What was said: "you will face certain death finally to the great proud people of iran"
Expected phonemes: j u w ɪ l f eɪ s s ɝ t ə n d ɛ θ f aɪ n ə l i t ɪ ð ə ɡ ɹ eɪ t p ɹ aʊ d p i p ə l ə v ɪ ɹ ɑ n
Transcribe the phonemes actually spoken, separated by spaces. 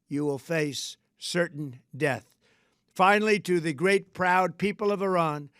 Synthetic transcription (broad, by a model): j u w ɪ l f eɪ s s ɝ t n d ɛ θ f aɪ n l i t ɪ ð ə ɡ ɹ eɪ t p ɹ aʊ d p i p l ə v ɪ ɹ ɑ n